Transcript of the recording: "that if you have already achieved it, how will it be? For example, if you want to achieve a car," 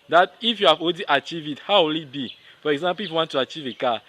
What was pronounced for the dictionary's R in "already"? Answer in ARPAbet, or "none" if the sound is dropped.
none